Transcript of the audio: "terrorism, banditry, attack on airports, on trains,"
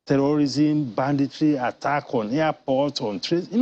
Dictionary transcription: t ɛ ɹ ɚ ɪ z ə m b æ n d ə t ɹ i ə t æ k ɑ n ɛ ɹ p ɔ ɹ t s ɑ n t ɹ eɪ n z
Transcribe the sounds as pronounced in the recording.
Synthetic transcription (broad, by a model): t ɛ ɹ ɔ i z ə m b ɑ n d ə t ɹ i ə t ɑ k ɑ n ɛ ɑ p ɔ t ɑ n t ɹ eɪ